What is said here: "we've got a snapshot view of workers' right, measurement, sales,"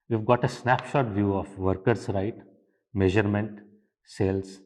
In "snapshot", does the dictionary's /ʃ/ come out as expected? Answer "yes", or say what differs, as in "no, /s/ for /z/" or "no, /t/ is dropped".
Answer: yes